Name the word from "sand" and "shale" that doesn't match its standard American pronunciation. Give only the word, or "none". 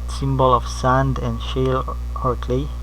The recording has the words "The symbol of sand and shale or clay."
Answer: none